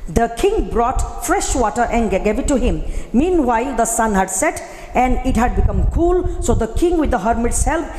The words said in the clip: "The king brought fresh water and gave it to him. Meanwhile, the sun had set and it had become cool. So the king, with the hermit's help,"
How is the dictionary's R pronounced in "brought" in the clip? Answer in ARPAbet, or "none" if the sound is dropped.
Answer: R